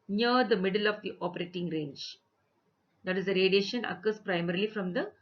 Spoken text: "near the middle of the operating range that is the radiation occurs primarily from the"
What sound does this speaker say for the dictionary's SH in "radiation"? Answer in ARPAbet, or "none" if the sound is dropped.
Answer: SH